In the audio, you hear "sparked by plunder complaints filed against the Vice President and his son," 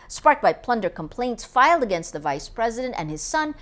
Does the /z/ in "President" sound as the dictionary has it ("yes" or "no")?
yes